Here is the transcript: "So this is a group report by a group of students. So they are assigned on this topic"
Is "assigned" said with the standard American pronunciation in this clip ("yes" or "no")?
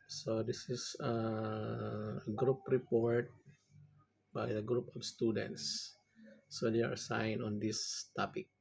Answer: no